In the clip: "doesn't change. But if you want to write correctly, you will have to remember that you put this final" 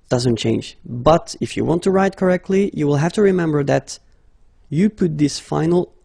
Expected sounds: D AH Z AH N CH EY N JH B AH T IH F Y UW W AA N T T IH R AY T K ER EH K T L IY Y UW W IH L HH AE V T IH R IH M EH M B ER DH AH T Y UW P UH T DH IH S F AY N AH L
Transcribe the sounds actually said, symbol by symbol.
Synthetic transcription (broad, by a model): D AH Z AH N CH EY N JH B AH T IH F Y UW W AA N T T IH R AY T K ER EH K T L IY Y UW W IH L HH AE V T IH R IH M EH M B ER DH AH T Y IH P UH T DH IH S F AY N L